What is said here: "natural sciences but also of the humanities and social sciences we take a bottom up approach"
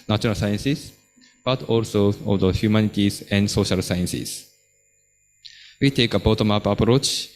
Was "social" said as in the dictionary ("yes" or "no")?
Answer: yes